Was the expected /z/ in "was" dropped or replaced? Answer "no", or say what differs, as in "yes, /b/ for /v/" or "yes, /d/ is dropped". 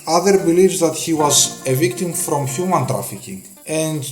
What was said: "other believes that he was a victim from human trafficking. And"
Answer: no